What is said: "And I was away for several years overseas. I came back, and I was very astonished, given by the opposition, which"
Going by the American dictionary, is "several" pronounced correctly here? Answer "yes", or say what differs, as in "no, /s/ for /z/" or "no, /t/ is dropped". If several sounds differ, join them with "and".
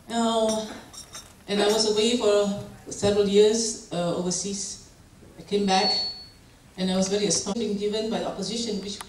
yes